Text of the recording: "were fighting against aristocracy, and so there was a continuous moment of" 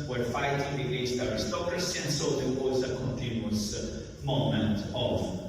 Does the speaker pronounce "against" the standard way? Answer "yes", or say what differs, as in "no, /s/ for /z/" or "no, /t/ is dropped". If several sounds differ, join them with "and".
no, /n/ is dropped